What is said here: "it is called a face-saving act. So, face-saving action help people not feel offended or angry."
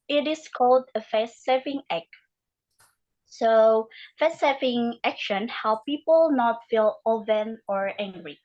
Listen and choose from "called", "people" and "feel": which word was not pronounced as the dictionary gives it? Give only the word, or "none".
none